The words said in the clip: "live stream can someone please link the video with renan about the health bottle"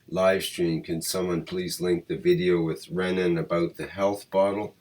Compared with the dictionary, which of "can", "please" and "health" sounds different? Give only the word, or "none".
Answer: none